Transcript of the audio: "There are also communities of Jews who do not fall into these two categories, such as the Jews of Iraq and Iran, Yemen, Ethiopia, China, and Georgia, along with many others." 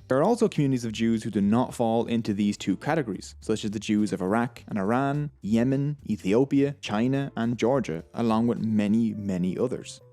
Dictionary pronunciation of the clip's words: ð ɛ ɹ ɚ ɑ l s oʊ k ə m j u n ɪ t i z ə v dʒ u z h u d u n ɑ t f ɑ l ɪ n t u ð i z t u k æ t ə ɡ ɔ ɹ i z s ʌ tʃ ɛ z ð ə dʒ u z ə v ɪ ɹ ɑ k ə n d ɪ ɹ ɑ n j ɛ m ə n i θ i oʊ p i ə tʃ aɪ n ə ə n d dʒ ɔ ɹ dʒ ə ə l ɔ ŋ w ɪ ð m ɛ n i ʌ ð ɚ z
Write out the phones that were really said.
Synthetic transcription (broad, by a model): ð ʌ ɹ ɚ ɑ l s oʊ k ə m j u n ɪ t i z ə v dʒ u z h u d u n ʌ t f ɑ l ɪ n t u ð i z t u k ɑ t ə ɡ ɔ ɹ i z s ʌ tʃ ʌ z ð ə dʒ u z ə v ɪ ɹ ɑ k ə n ɪ ɹ ɑ n j ɛ m ə n i θ i oʊ p i ə tʃ aɪ n ə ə n dʒ ɔ ɹ dʒ ə ə l ɔ ŋ w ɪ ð m ɛ n i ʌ ð ɚ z